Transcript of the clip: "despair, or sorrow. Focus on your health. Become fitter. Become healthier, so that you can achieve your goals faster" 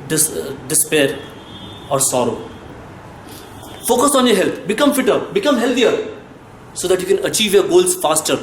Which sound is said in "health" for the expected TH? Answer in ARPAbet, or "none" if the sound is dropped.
T